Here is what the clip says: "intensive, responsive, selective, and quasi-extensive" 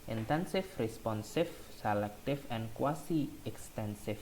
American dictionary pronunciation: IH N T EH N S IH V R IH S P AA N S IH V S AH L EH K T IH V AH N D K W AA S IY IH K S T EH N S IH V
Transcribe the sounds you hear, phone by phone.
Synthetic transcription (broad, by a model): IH N T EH N S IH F R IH S P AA N S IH F S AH L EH K T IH F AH N K W AA S IY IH K S T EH N S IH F